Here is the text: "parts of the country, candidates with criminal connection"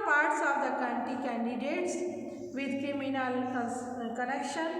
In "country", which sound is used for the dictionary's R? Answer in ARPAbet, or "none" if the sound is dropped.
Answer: none